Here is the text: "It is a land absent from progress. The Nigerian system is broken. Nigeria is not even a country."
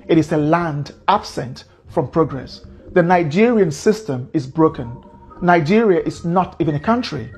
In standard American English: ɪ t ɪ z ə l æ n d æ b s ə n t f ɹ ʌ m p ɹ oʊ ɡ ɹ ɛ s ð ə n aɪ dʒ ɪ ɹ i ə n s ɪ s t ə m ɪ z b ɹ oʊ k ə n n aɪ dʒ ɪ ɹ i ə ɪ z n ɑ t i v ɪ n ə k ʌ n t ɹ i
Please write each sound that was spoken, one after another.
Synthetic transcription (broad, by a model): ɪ t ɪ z ə l æ n d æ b s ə n t f ɹ ʌ m p ɹ oʊ ɡ ɹ ɛ s ð ə n aɪ dʒ ɪ ɹ i ə n s ɪ s t ə m ɪ z b ɹ oʊ k ə n n aɪ dʒ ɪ ɹ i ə ɪ z n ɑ t i v ɪ n ə k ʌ n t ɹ i